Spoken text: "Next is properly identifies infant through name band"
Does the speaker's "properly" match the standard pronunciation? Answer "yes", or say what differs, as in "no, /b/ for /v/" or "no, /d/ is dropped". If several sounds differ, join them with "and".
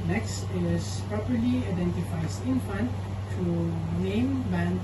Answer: yes